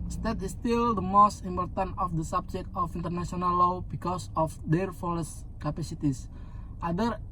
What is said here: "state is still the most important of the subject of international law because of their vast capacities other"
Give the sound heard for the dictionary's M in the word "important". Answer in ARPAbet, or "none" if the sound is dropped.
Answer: M